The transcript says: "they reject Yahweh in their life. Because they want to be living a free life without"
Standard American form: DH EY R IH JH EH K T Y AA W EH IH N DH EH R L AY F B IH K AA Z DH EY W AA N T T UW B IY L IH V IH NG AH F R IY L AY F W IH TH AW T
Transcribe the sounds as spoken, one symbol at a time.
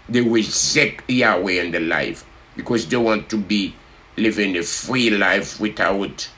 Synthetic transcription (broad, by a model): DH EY W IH Z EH K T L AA W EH IH N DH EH L AY F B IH K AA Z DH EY W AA N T T UW B IY L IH V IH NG AH F R IY L AY F W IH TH AW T